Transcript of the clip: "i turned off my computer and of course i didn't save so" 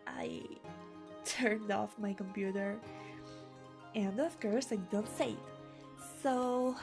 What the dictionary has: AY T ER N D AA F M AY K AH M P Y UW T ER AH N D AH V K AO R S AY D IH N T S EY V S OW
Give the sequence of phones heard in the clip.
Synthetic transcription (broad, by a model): AY T ER N D AA F M AY K AH M P Y UW T ER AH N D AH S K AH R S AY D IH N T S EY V S OW